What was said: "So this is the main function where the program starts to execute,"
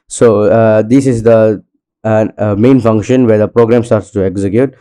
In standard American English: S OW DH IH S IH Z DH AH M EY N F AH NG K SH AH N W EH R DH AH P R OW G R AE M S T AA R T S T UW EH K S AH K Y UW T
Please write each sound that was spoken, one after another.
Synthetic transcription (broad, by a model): S OW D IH S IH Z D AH M EY N F AH NG K SH AH N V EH R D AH P R OW G R AE M S T AA R T S T UW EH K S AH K Y UW T